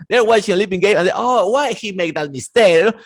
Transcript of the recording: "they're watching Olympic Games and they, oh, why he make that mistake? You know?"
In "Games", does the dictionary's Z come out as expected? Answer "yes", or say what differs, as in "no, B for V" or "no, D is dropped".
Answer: no, Z is dropped